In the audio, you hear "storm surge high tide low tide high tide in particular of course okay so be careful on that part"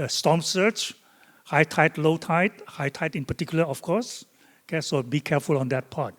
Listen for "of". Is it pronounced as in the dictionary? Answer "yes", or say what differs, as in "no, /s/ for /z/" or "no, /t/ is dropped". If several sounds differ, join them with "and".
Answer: no, /f/ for /v/